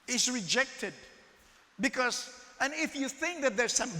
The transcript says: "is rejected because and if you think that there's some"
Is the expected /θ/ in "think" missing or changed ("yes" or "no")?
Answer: no